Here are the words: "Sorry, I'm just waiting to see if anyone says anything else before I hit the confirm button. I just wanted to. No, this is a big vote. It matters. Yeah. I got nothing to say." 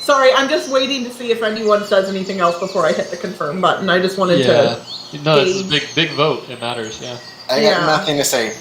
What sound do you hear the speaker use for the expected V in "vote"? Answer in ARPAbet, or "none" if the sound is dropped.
V